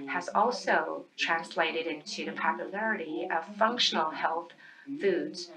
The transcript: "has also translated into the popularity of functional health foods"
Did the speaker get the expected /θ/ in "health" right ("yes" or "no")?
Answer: yes